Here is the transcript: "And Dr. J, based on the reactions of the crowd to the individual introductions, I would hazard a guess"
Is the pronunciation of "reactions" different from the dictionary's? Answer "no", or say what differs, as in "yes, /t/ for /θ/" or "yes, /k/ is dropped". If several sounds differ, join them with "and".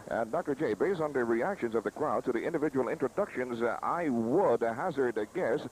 no